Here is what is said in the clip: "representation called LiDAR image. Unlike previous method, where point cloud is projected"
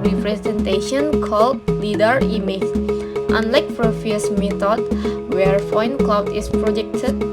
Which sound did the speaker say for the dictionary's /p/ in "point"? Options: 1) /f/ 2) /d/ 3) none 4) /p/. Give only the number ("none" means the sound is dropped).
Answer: 1